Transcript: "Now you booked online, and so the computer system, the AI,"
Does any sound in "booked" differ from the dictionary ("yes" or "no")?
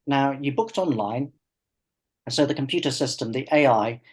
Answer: no